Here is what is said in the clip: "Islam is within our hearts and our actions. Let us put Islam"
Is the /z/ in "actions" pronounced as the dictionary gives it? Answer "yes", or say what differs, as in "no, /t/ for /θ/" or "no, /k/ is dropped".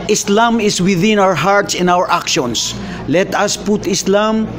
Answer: no, /s/ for /z/